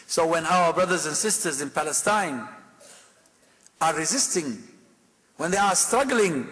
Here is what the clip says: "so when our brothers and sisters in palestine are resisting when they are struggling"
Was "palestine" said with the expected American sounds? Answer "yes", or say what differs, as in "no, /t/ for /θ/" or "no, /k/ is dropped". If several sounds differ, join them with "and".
yes